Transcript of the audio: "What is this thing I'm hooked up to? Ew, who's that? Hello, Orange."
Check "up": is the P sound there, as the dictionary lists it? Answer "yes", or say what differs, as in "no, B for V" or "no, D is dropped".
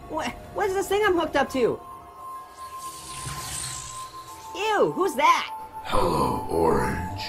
yes